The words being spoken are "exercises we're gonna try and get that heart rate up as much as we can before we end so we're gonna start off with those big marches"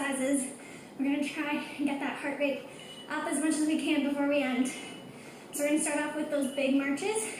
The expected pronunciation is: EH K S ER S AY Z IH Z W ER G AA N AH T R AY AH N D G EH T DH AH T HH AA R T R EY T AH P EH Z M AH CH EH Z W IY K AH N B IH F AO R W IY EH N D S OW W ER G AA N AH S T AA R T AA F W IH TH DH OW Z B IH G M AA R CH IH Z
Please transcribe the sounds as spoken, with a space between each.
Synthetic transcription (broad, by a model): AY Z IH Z W ER G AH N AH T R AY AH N G EH T DH AH T HH AA R T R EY T AH P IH Z M AH CH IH Z W IY K AH N B IH F AO R W IY EH N D S OW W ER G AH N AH S T AA R T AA P W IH DH OW Z B IH G M AA R CH IH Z